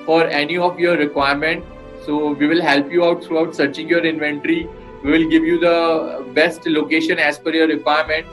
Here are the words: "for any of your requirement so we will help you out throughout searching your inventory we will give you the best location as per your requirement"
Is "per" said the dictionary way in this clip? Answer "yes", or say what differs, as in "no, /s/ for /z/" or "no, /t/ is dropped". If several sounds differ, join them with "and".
no, /f/ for /p/